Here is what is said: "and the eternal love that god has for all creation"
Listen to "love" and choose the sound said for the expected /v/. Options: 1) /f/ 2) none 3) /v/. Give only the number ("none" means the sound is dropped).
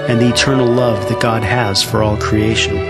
3